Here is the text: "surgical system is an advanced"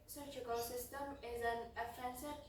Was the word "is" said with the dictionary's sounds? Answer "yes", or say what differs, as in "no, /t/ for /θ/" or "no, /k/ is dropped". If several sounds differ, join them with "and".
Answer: yes